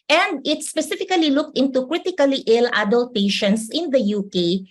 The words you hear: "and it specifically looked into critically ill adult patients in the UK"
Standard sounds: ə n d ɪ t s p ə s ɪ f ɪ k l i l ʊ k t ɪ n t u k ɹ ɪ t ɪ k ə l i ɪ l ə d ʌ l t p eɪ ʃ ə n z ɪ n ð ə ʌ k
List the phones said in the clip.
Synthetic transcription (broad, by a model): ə n d ɪ t s p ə s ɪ f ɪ k l i l ʊ k t ɪ n t u k ɹ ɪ t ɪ k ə l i ɪ l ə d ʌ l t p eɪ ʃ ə n s ɪ n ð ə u k